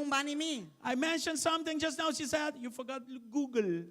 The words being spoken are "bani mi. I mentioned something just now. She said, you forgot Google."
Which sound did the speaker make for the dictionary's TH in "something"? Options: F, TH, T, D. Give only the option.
T